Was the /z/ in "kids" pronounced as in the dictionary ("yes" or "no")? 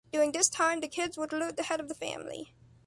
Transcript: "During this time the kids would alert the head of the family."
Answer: yes